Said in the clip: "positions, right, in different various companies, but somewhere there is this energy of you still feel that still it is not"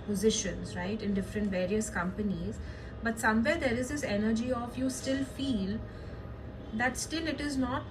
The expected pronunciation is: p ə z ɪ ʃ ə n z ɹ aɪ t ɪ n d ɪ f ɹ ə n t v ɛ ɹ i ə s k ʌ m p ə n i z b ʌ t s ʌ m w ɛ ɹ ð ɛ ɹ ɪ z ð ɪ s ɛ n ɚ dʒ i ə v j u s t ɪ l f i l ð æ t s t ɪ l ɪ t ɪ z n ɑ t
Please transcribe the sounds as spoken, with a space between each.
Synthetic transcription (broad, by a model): p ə z ɪ ʃ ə n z ɹ aɪ t ɪ n d ɪ f ɹ ə n t v ɛ ɹ i ə s k ʌ m p ə n i z b ʌ t s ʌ m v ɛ ɹ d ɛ ɹ ɪ z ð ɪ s ɛ n ɚ dʒ i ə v j u s t ɪ l f i l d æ t s t ɪ l ɪ t ɪ z n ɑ t